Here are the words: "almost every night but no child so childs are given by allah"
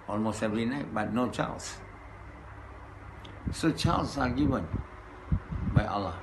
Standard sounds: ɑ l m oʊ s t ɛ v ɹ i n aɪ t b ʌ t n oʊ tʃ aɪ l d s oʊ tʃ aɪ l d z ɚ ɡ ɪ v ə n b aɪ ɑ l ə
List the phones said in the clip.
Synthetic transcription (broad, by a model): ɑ l m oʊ s t ɛ v ɹ i n aɪ t b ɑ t n oʊ tʃ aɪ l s s oʊ tʃ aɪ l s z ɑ ɡ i v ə n b aɪ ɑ l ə